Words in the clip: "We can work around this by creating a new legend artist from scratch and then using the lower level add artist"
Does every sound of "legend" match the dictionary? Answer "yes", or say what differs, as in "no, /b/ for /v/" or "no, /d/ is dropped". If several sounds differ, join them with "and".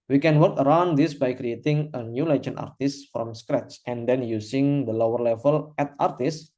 no, /d/ is dropped